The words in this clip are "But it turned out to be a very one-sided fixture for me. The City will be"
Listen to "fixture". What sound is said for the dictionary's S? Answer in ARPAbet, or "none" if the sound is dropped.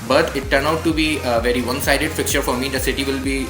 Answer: none